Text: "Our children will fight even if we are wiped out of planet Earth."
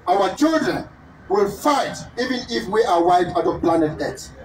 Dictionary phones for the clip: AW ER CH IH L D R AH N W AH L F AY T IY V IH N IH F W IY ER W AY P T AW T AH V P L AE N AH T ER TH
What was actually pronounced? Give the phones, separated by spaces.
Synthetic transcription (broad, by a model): AW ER CH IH L D R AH N W AH L F AY T IY V IH N IH F W IY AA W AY T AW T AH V P L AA N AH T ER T